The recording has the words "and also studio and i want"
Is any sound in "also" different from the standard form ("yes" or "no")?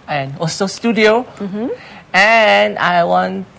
yes